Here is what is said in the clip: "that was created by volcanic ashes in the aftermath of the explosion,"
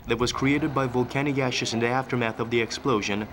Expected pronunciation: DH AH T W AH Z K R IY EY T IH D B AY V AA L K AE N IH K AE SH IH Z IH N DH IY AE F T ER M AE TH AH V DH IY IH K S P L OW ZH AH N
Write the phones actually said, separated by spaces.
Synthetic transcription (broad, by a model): DH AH T W AH Z K R IY EY T IH D B AY V AA L K AE N IH K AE SH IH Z IH N DH IY AE F T ER M AE TH AH V DH IY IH K S P L OW ZH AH N